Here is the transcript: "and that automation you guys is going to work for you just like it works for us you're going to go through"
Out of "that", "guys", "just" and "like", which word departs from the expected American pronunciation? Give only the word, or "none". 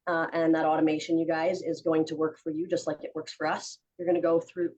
none